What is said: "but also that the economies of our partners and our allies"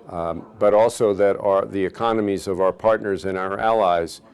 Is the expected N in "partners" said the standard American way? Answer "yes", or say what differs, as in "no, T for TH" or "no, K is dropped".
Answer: yes